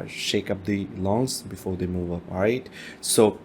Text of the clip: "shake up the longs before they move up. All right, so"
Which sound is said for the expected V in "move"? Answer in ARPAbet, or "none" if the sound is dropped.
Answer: V